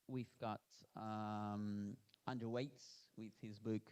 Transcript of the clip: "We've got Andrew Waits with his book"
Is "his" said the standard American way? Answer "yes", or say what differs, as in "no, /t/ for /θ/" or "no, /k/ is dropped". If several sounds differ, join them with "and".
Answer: yes